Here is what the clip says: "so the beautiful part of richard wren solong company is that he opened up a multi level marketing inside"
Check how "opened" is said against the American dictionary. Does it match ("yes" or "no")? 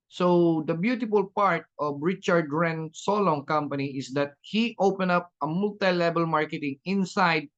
no